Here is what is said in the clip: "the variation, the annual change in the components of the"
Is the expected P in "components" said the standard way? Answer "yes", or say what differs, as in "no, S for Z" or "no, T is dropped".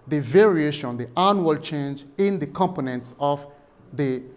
yes